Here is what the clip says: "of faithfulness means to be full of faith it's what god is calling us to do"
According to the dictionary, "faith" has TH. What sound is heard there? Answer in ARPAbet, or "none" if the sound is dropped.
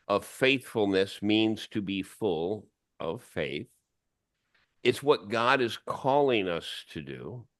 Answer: TH